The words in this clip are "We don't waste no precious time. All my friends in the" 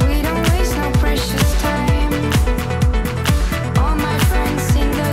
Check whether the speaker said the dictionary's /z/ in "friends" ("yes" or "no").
no